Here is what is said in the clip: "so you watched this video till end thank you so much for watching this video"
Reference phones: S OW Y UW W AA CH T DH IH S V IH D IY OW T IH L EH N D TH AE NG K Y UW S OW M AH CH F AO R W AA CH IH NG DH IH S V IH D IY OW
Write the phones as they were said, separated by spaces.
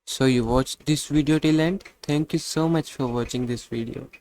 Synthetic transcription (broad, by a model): S OW Y UW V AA CH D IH S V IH D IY OW T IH L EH N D T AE NG K Y UW S OW M AH CH F AO R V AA CH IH NG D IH S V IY D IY OW